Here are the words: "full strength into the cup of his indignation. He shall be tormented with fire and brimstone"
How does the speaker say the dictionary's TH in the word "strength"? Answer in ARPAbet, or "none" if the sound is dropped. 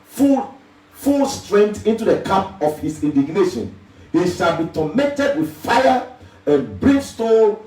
T